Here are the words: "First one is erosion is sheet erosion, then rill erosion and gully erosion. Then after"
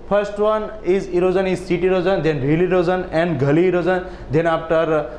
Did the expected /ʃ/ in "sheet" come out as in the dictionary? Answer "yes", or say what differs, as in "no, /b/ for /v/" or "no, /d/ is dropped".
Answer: no, /s/ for /ʃ/